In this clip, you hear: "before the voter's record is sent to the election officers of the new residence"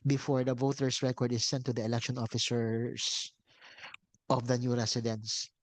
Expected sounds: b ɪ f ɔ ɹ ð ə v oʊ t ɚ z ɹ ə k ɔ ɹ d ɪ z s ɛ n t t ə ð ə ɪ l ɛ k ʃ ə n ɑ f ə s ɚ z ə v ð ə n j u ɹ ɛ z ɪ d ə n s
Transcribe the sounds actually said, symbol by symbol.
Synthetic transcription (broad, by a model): b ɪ f ɔ ɹ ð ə v oʊ t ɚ s ɹ ə k ɔ ɹ d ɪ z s ɛ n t t ə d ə ɪ l ɛ k ʃ ə n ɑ f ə s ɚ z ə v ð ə n j u ɹ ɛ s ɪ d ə n s